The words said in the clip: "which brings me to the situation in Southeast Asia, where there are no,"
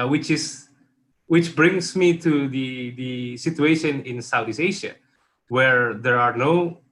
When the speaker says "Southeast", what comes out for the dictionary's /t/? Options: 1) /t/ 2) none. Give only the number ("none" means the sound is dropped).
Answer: 2